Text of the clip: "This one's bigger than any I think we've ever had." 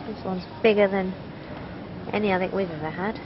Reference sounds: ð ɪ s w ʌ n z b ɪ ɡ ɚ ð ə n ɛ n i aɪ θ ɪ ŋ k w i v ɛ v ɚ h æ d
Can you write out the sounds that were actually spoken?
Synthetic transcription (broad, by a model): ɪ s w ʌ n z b ɪ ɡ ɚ ð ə n ɛ n i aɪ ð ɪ k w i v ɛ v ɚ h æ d